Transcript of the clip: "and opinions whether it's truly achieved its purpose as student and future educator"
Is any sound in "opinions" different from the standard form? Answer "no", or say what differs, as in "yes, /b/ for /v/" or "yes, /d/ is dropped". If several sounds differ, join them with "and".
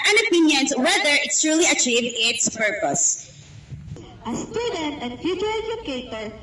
yes, /s/ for /z/